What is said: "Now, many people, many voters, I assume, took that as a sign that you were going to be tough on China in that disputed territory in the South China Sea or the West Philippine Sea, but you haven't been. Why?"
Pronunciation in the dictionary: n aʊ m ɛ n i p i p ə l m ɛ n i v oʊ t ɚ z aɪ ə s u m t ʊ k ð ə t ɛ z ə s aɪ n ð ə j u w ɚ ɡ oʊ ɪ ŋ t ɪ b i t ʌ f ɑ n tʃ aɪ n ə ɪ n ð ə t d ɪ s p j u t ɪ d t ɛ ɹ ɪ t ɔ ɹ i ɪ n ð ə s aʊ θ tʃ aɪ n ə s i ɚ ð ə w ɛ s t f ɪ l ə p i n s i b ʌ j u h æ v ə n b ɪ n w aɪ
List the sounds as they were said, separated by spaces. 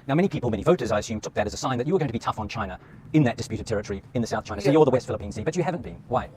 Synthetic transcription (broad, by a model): n aʊ m ɛ n i p i p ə l m ɛ n i v oʊ t ɚ z aɪ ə s u m t ʊ k ð ə t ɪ z ə s aɪ n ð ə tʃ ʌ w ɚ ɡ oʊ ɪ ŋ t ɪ b i t ʌ f n tʃ aɪ n ə ɪ n ð ə t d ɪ s p j u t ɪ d t ɛ ɹ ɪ t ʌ ɹ i ɪ n ð ə s aʊ θ tʃ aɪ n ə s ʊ ɚ ð ə w ɛ s t f ɪ l ə p i n s i b ʌ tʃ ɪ h æ v ə n b ɪ n w aɪ